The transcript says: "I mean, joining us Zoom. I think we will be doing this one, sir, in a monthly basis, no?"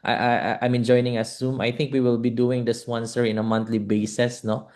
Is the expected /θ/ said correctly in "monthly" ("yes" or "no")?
no